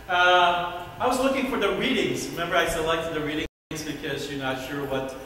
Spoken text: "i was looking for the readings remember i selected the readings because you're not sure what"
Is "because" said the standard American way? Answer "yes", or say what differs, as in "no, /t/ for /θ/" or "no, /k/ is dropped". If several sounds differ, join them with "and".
yes